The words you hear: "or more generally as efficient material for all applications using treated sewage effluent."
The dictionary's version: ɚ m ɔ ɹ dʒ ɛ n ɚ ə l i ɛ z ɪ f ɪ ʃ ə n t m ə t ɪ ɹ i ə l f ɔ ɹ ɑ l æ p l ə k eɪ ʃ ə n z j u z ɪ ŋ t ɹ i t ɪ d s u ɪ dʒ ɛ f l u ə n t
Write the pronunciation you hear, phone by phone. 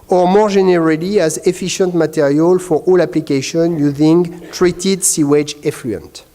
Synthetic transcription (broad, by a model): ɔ m ɔ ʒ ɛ n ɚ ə l i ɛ z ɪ f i ʃ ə n t m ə t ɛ ɹ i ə l f ɔ ɹ ɑ l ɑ p l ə k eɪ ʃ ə n j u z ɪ ŋ t ɹ i t ɪ d s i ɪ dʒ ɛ f l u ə n t